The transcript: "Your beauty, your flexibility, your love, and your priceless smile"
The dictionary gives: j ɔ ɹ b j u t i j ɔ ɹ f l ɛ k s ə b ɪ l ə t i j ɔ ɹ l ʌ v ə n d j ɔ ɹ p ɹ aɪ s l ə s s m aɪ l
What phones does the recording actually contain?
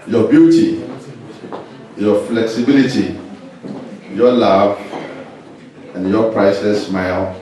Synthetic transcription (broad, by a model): j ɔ b j u t i j ɔ f l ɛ k s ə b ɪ l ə t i j ɔ l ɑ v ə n j ɔ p ɹ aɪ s ə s s m aɪ l